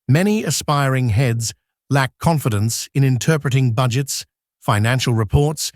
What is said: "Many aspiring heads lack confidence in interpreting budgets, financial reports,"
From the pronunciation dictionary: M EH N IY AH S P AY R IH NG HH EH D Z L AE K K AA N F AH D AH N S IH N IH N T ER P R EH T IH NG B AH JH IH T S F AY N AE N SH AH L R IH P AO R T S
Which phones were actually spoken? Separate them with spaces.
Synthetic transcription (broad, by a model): M EH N IY AH S P AY R IH NG HH EH D Z L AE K K AA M F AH D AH N S IH N IH N T ER P R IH T IH NG B AH JH IH T S F AY N AE N SH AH L R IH P AO R T S